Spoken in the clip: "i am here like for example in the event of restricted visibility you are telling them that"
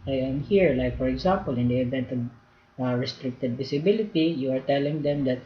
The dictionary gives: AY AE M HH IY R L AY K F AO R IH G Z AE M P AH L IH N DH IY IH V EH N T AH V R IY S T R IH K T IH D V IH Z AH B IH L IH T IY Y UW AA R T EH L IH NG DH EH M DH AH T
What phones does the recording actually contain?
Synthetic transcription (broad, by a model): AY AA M HH IY R L AY K F AO R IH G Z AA M P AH L IH N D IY IH V EH N T AH V R IY S T R IH K T IH D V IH S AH B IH L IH T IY Y UW AA R T EH L IH NG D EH M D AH T